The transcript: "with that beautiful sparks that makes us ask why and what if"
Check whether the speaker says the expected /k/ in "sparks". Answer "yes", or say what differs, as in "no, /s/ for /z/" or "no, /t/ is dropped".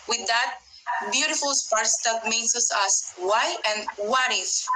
no, /k/ is dropped